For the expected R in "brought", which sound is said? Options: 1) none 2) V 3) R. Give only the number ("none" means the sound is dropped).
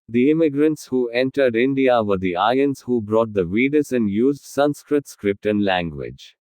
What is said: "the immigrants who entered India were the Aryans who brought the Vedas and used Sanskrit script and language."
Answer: 3